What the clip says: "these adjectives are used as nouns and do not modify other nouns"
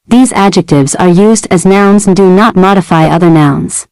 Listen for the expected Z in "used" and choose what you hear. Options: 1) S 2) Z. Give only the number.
2